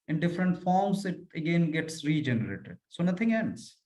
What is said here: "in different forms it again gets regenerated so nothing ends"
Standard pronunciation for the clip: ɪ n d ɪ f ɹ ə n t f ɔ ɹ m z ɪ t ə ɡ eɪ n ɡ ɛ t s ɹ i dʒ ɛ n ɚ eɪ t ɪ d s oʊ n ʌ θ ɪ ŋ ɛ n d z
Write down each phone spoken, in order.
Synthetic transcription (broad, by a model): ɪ n d ɪ f ɹ ə n t f ɔ ɹ m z ɪ t ə ɡ eɪ n ɡ ɛ t s ɹ i dʒ ɛ n ɚ eɪ t ɪ d s oʊ n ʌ t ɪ ŋ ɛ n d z